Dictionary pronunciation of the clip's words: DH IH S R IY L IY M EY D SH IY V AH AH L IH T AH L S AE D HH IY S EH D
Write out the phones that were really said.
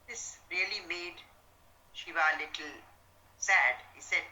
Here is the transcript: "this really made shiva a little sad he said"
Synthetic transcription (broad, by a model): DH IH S R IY L IY M EY D SH IY V AH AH L IH T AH L S AE D HH IY S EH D